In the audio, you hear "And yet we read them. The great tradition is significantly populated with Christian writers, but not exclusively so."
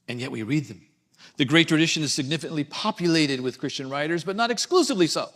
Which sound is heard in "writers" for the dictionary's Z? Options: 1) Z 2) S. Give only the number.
1